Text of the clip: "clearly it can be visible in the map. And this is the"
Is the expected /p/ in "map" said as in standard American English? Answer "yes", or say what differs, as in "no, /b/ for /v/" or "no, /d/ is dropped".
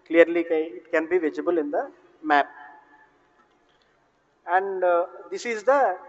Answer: yes